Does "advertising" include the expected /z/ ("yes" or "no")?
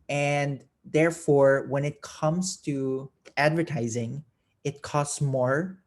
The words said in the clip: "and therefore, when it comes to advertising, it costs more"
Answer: yes